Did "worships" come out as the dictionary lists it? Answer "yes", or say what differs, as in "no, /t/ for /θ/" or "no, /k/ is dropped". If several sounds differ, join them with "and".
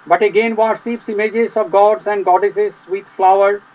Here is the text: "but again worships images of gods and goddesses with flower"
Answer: no, /s/ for /ʃ/